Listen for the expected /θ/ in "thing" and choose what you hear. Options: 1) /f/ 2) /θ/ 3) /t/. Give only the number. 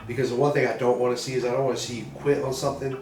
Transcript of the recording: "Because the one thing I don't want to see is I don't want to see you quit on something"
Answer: 2